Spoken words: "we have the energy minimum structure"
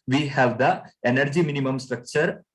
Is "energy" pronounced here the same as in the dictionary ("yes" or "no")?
yes